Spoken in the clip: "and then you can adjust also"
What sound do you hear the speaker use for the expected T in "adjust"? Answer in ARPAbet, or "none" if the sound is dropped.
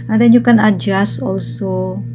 none